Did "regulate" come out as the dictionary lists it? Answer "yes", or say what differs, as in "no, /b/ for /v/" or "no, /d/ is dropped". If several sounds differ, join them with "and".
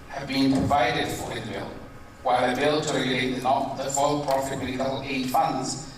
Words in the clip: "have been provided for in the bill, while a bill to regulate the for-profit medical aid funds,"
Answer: no, /n/ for /l/